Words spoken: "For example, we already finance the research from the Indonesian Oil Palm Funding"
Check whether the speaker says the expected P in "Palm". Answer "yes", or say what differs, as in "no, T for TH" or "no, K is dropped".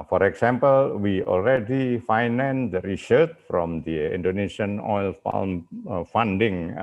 no, F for P